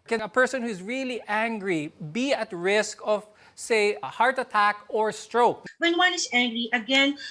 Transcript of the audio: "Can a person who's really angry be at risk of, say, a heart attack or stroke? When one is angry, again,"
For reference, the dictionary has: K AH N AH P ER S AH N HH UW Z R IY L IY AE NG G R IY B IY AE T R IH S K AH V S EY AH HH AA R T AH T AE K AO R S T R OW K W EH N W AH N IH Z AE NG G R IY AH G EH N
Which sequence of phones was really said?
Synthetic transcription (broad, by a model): K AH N AH P ER S AH N HH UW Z R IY L IY AE NG G R IY B IY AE T R IH S K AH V S EY AH HH AA R T AH T AE K AO R S T R OW K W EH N W AH N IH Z AE NG G R IY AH G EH N